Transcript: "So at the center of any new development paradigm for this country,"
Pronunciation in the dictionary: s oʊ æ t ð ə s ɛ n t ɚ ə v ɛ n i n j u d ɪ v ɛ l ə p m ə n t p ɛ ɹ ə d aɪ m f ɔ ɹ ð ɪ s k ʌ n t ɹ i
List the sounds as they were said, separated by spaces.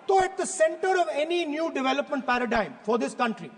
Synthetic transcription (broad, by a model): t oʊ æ t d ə s ɛ n t ɚ ə v ɛ n i n j u d ɪ v ɛ l ə p m ə n t p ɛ ɹ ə d aɪ m f ɔ ɹ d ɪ s k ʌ n t ɹ i